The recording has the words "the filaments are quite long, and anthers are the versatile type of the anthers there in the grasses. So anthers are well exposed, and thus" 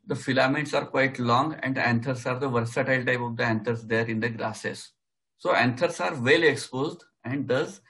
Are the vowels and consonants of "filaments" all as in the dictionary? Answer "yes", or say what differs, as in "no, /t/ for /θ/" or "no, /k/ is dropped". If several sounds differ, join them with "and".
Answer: no, /n/ is dropped